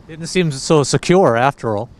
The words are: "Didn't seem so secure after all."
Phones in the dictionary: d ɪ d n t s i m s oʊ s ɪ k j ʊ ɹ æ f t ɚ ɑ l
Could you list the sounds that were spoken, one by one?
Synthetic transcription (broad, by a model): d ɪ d n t s i m s oʊ s ɪ k j ʊ ɹ æ f t ɚ ɑ l